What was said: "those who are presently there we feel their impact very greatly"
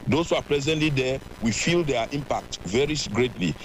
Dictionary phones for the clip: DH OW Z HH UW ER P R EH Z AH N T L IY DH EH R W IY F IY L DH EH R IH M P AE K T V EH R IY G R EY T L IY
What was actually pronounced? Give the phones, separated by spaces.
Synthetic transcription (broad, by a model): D OW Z HH UW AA P L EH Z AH N T L IY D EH W IY F IY L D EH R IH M P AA K T V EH R IY G R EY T L IY